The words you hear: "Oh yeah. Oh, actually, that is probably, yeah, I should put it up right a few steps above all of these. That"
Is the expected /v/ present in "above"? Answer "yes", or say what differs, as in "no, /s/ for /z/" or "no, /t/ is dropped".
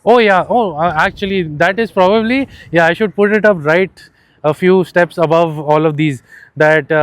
yes